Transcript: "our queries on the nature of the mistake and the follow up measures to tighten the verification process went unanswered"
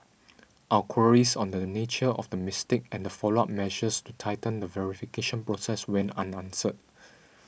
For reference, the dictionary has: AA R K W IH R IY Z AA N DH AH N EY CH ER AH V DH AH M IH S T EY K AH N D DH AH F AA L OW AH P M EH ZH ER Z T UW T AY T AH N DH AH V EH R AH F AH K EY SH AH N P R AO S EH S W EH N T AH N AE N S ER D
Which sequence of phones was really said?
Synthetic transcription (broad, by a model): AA K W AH R IY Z AA N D AH N EY CH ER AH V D AH M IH S T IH K AH N D AH F AA L OW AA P M EH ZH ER S T UW T AY T AH N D AH V EH R AH F AH K EY SH AH N P R AO S EH S W EH N AH N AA N S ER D